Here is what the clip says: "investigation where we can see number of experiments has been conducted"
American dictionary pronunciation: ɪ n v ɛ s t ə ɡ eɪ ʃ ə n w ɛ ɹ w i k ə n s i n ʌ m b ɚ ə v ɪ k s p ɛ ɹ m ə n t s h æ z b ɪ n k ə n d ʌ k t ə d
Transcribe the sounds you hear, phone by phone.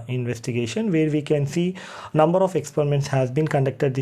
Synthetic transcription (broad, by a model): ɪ n v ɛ s t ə ɡ eɪ ʃ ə n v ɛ ɹ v i k ə n s i n ʌ m b ɚ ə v ɪ k s p ɛ ɹ m ə n t s h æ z b ɪ n k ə n d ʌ k t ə d